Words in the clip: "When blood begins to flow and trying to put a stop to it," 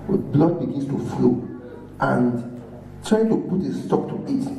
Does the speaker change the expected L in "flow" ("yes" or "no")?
no